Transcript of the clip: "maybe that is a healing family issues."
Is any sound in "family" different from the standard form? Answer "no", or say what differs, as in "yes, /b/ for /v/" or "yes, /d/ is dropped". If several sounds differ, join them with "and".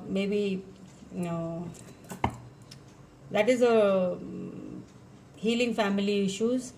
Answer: no